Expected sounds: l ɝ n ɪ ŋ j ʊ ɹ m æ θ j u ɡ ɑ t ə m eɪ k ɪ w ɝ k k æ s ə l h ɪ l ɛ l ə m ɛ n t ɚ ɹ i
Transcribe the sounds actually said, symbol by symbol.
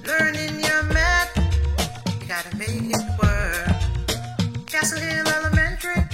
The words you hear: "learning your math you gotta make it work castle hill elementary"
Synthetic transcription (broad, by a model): l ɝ n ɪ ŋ j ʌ ɹ m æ t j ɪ ɡ ɑ t ə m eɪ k ɪ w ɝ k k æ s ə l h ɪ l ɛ l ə m ɛ n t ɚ ɹ i